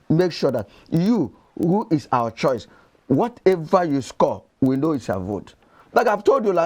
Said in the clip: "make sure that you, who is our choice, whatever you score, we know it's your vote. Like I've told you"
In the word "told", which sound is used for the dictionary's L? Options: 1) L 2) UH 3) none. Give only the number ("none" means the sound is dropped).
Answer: 1